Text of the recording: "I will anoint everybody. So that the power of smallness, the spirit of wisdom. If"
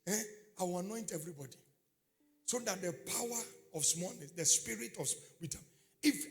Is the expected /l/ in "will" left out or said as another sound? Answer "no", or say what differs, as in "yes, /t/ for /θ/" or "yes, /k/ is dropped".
yes, /w/ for /l/